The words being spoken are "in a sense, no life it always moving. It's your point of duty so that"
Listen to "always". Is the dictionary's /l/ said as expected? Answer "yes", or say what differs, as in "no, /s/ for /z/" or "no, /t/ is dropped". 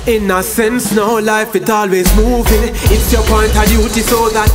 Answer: yes